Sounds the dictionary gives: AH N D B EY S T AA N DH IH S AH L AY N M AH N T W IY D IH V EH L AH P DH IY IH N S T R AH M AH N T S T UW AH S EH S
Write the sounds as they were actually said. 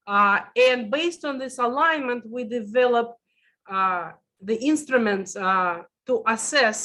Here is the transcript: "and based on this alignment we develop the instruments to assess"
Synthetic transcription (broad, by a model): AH N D B EY S T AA N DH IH S AH L AY N M AH N T W IY D IH V EH L AH P DH IY IH N S T R AH M AH N T S T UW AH S EH S